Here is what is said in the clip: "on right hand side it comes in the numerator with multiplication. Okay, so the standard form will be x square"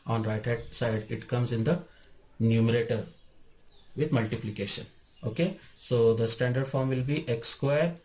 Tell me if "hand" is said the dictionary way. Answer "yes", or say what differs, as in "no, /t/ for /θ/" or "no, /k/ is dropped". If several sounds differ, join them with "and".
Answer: no, /n/ is dropped